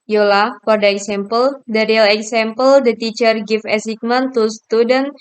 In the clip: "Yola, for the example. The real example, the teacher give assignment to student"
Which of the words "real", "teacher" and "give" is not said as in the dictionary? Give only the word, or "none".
give